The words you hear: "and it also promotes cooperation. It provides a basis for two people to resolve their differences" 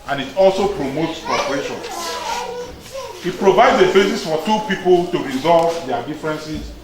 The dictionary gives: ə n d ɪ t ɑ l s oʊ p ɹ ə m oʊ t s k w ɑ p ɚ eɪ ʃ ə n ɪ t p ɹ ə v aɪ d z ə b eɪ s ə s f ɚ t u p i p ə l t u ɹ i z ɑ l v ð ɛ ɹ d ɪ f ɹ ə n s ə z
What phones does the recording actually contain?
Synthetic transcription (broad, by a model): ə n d ɪ t ɑ l s oʊ p ɹ ə m oʊ t s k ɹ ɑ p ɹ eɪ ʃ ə n ɪ t p ɹ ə v aɪ d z ə b eɪ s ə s f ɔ t u p i p ə l t u ɹ i z ɑ l v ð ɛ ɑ d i f ɹ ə n s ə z